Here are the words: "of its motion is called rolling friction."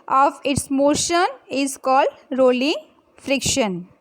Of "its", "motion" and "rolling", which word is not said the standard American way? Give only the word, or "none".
none